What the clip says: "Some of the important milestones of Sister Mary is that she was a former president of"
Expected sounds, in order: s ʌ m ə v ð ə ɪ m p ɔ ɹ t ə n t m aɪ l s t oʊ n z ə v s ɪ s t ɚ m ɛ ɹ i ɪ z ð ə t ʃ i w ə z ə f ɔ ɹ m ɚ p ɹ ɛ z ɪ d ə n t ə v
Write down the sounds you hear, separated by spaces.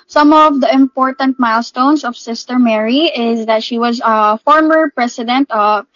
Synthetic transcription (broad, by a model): s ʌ m ə v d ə ɪ m p ɔ ɹ t ə n t m aɪ l s t oʊ n s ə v s ɪ s t ɚ m ɛ ɹ i ɪ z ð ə t ʃ i w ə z ə f ɔ ɹ m ɚ p ɹ ɛ s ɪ d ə n t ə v